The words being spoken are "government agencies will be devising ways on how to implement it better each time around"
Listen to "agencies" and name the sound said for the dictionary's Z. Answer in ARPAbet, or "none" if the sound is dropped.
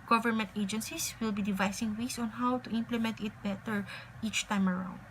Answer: S